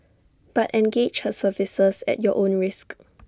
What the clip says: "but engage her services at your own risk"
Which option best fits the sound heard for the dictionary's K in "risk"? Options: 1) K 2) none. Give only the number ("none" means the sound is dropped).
1